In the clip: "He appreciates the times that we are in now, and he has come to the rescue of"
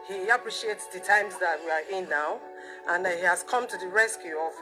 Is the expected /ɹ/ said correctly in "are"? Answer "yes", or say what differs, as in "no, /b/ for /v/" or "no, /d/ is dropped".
yes